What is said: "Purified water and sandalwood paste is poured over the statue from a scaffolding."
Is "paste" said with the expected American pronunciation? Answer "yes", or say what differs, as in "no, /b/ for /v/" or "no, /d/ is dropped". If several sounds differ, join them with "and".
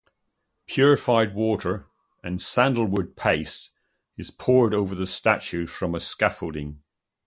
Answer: no, /t/ is dropped